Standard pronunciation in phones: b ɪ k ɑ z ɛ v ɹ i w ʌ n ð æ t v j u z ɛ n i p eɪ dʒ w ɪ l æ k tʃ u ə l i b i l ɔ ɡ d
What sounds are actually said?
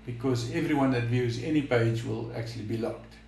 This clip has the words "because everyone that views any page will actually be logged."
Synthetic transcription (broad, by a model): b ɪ k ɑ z ɛ v ɹ i w ʌ n ð æ t v j u z ɛ n i p eɪ dʒ w ɪ l æ k tʃ u ə l i b i l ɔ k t